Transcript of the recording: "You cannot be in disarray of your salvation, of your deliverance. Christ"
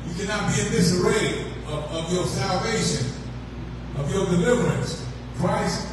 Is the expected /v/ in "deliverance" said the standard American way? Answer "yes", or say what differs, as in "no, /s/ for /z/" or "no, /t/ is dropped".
yes